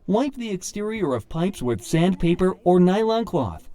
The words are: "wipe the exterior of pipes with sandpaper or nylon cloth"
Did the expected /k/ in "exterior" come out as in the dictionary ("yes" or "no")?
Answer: yes